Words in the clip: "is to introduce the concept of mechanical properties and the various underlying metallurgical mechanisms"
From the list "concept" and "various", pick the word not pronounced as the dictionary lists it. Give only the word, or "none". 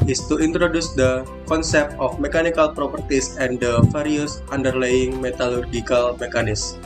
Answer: various